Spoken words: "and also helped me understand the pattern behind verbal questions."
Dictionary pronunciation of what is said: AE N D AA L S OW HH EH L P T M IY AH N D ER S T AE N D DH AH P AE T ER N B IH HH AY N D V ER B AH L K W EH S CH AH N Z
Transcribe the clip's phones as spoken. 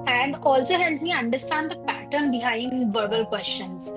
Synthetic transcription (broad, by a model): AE N D AA L S OW HH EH L T M IY AH N D ER S T AE N D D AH P AE T ER N B IH HH AY N D V ER B AH L K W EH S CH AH N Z